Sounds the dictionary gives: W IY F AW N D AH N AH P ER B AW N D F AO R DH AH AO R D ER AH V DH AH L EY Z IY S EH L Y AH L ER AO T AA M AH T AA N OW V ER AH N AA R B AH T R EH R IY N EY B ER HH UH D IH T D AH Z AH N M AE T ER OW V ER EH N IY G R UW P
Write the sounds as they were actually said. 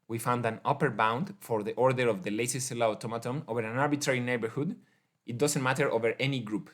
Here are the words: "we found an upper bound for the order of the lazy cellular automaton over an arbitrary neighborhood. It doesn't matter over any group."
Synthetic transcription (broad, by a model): W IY F AW N D AH N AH P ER B AW N D F AO R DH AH AO R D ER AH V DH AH L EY S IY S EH L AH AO T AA M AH T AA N OW V ER AH N AA R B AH T R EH R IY N EY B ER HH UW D IH T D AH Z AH N M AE T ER OW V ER EH N IY G R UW P